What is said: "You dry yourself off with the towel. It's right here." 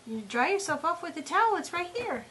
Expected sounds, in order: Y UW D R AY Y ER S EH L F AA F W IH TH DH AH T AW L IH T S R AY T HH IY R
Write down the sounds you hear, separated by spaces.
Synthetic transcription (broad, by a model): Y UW D R AY Y ER S EH L F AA P W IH DH AH T AW L IH T S R AY T HH IY R